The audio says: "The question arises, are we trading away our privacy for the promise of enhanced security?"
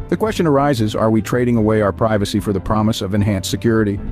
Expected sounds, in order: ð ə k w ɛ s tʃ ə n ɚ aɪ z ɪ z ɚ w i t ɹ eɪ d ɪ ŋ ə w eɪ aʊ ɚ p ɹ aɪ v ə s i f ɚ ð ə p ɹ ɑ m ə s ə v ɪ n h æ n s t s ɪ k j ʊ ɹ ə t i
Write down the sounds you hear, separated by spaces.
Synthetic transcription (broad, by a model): ð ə k w ɛ s tʃ ə n ɚ aɪ z ɪ z ɚ w i t ɹ eɪ d ɪ ŋ ə w eɪ aʊ ɚ p ɹ aɪ v ə s i f ɚ ð ə p ɹ ɑ m ə s ə v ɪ n h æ n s s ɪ k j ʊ ɹ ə t i